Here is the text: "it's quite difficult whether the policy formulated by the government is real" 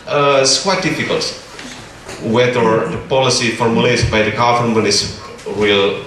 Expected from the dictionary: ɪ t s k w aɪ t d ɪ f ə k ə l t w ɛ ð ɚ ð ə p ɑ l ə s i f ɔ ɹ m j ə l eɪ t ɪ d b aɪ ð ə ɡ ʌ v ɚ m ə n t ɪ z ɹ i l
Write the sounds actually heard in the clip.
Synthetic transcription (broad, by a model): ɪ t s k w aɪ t d ɪ f ə k ə l t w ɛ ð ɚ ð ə p ɑ l ə s i f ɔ ɹ m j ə l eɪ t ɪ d b aɪ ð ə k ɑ f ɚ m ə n ɪ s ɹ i l